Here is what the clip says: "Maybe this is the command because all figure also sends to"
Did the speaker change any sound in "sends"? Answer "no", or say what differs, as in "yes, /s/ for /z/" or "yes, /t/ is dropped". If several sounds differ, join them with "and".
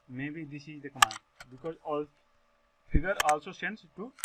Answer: yes, /s/ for /z/